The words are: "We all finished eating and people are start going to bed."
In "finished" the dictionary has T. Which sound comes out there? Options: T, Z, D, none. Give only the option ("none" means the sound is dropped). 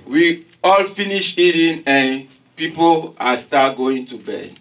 none